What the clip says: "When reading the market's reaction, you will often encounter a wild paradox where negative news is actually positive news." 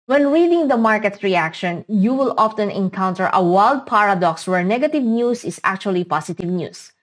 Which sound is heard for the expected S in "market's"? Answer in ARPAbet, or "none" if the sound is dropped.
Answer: none